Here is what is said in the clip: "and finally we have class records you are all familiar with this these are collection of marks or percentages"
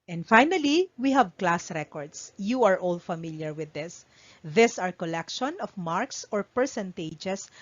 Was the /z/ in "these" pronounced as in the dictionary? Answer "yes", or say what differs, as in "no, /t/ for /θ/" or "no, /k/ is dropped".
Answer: no, /s/ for /z/